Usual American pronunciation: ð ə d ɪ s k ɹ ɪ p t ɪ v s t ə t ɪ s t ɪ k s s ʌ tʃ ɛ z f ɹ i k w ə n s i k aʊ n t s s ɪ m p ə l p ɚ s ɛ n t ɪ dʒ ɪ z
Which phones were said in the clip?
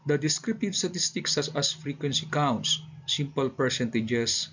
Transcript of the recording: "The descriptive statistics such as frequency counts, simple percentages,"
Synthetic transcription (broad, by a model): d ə d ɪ s k ɹ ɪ p t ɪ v s t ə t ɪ s t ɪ k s s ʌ s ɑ s f ɹ i k w ə n s i k aʊ n t s s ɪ m p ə l p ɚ s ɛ n t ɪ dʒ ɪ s